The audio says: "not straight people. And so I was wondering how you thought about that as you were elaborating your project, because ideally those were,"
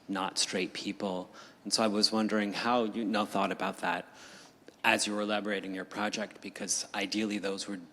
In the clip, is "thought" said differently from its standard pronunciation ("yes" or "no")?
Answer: no